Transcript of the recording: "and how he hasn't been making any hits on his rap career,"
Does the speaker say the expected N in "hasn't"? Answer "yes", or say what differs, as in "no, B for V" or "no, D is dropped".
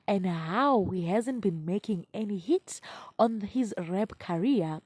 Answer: yes